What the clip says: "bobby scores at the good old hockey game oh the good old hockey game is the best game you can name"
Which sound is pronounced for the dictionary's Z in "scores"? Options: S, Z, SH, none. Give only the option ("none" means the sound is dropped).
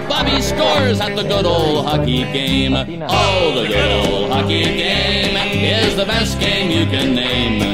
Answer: Z